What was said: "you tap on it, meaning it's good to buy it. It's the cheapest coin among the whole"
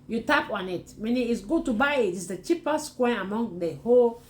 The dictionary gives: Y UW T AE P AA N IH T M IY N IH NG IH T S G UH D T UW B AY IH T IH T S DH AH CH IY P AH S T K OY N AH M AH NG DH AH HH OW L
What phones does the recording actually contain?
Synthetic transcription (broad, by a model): Y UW T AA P AA N IH T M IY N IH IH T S G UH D T UW B AY IH T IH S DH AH CH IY P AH S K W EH AH M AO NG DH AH HH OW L